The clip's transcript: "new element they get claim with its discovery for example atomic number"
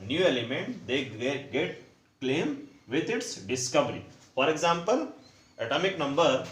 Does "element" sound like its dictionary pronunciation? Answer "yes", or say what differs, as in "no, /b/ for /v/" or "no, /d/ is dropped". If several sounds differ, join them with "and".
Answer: yes